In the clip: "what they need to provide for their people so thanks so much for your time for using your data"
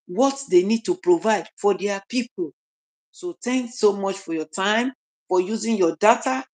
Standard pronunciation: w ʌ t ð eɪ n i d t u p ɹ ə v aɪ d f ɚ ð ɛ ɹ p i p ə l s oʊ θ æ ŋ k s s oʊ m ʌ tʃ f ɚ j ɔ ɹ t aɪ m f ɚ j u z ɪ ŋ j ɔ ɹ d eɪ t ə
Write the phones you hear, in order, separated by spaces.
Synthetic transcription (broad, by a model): w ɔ t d eɪ n i d t u p ɹ ə v aɪ d f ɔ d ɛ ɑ p i p ə l s oʊ t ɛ ŋ k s s oʊ m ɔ tʃ f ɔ j ɔ t aɪ m f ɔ j u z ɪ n j ɔ d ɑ t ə